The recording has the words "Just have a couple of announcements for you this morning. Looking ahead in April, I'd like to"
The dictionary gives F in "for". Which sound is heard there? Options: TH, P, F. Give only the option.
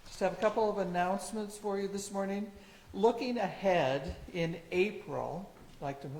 F